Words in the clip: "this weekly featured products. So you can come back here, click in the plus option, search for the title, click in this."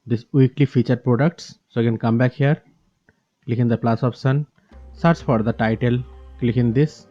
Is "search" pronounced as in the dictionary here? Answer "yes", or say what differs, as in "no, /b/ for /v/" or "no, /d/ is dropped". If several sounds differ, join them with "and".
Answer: no, /s/ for /tʃ/